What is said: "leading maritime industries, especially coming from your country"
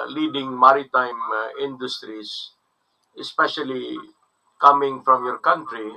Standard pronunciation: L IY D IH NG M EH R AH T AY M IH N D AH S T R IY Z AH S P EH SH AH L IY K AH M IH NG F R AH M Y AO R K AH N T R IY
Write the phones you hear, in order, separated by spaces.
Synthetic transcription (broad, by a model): L IY D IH NG M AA R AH T AY M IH N D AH S T R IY S AH S P EH SH AH L IY K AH M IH NG F R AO M Y AO R K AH N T R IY